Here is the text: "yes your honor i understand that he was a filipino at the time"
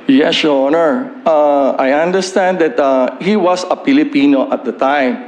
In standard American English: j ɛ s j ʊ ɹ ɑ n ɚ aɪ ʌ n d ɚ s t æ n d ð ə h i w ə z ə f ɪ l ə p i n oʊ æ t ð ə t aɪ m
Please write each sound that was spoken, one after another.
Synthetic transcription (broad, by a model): j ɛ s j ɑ n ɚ aɪ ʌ n d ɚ s t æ n d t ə h i w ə s ə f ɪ l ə p i n oʊ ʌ t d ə t aɪ m